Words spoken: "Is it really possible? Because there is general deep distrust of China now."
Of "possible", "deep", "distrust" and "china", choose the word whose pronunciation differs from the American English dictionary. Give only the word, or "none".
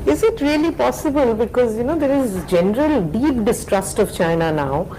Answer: none